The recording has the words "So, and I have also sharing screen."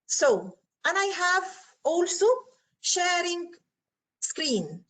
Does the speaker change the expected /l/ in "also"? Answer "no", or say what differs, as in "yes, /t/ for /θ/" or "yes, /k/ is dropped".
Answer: no